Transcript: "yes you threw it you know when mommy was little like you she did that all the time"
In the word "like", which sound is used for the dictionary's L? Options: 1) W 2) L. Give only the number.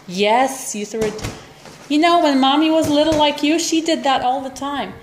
2